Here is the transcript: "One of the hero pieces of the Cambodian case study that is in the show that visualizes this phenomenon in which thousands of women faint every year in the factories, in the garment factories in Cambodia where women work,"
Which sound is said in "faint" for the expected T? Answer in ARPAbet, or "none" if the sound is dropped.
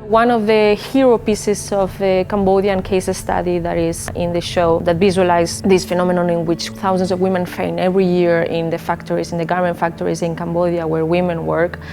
none